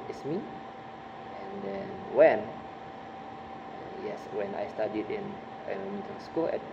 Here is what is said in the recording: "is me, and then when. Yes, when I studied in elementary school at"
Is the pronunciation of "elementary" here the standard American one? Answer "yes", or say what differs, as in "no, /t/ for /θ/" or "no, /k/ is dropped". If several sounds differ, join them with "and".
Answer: no, /n/ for /l/ and /n/ is dropped and /ɹ/ is dropped